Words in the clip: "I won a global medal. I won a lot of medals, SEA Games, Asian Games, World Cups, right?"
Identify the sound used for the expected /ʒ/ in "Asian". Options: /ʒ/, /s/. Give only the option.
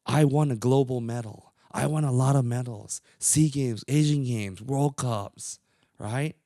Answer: /ʒ/